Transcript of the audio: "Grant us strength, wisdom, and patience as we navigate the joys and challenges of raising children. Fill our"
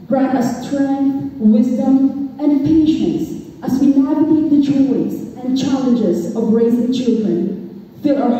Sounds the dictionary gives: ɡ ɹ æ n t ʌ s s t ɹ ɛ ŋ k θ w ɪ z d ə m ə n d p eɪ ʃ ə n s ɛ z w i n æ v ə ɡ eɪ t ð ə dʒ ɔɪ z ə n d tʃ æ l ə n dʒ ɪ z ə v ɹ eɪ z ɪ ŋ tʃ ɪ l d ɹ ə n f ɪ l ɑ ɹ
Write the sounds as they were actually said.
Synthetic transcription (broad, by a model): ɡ ɹ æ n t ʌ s s t ɹ ɛ ŋ k θ w ɪ z d ə m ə n p eɪ ʃ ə n s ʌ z w i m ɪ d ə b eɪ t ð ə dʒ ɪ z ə n tʃ æ l ə n dʒ ɪ z ə v ɹ eɪ z ɪ ŋ tʃ ɪ l d ɹ ə n f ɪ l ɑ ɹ